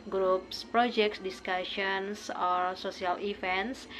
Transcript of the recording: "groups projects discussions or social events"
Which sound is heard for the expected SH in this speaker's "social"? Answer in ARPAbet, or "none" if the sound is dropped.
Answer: S